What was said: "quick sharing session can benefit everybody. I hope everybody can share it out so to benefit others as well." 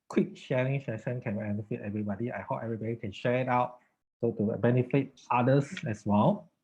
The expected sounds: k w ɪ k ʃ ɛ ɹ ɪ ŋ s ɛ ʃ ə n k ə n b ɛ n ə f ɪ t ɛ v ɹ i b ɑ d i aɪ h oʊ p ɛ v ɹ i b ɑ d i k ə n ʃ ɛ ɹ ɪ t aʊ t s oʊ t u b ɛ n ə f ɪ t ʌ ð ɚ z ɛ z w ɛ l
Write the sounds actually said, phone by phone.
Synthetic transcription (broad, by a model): k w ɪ k ʃ ɛ ɹ ɪ ŋ ʃ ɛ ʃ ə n k ə n b ɛ n ə f ɪ t ɛ v ɹ i b ɑ d i aɪ h oʊ p ɛ v ɹ i b ɑ d i k ə n ʃ ɛ ɹ ɪ t aʊ t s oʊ t u b ɛ n ə f ɪ t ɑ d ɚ s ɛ s w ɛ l